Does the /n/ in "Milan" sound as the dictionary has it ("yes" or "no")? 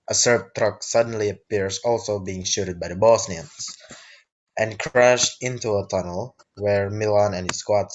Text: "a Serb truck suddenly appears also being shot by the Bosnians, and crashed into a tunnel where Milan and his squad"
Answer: yes